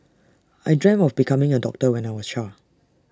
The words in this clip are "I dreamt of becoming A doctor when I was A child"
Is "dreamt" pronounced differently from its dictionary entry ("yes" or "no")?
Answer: yes